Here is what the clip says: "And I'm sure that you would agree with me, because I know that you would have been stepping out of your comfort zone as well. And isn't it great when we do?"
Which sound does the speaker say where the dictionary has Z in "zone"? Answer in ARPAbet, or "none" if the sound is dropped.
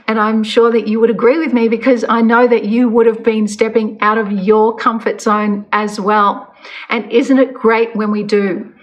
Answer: S